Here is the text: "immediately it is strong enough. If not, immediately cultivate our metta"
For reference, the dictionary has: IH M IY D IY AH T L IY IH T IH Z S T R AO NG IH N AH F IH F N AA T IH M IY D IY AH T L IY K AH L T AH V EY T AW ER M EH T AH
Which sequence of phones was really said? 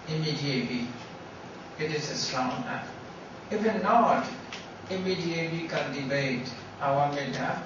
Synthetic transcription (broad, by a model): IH M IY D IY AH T L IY IH T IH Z S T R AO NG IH IH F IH N AA T IH M IY D IY AH T L IY K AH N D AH B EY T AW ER M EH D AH